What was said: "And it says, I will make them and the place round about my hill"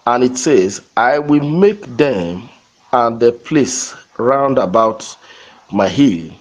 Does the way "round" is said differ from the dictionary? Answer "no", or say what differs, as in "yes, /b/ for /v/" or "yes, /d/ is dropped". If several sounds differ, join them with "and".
no